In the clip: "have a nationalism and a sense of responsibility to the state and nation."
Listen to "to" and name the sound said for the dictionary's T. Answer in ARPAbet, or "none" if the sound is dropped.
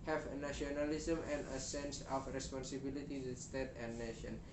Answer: S